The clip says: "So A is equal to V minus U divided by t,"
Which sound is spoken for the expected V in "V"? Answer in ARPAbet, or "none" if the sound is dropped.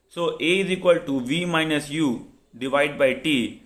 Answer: V